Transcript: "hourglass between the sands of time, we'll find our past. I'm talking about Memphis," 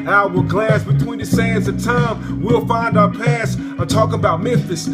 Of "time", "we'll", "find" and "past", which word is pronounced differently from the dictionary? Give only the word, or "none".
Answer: past